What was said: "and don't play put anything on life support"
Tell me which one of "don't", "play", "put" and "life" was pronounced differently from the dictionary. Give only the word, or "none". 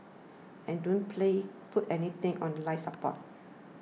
put